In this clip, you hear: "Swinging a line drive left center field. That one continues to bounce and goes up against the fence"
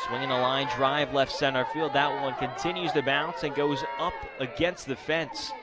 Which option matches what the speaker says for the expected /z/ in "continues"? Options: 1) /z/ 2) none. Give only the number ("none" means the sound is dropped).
1